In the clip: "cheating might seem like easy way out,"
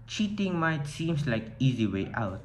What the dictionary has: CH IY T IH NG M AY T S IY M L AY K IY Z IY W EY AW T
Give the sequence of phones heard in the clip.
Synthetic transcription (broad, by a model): CH IY T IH NG M AY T S IY M L AY K IY Z IY W EY AW T